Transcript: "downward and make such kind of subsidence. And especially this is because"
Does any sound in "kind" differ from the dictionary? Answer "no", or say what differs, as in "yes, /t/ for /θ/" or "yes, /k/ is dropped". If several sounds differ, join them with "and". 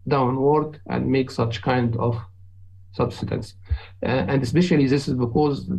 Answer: no